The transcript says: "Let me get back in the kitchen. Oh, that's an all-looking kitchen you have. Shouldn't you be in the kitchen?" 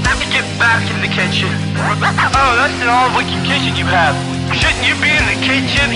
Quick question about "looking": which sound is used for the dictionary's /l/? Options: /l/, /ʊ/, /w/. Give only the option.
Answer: /w/